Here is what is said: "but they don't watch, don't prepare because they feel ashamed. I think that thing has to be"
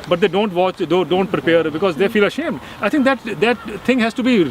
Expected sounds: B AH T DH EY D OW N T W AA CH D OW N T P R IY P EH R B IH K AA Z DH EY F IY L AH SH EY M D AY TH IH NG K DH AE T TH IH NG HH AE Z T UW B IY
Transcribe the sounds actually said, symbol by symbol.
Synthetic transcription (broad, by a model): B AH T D EY D OW N T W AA CH D OW N T P R IY P EH R B IH K AA Z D EY F IY L AH SH EY M D AY T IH NG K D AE T T IH NG HH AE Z T UW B IY